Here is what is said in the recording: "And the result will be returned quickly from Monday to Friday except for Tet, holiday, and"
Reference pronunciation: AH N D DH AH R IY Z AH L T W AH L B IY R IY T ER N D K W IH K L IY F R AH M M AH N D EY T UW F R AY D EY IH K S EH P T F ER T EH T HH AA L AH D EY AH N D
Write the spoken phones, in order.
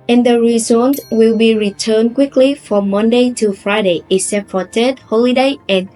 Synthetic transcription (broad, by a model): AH N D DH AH R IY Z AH N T W AH L B IY R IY T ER N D K W IH K L IY F R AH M M AH N D EY T UW F R AY D EY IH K S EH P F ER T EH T HH AA L AH D EY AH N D